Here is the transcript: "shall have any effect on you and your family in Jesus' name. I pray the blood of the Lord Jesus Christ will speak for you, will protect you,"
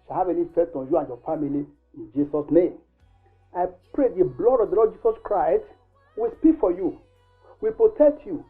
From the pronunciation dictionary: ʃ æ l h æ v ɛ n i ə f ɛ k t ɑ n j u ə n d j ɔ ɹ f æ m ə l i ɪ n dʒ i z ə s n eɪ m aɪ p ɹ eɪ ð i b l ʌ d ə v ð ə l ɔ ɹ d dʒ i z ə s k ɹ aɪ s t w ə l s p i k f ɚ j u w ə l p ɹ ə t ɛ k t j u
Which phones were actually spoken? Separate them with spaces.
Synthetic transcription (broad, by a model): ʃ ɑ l h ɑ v ɛ n i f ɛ t ɑ n j u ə n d j ɔ f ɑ m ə l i ɪ n dʒ i s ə s n eɪ m aɪ p ɹ eɪ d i b l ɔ d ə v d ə l ɔ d dʒ i s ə s k ɹ aɪ s t w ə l s p i k f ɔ j u w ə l p ɹ ə t ɛ k t j u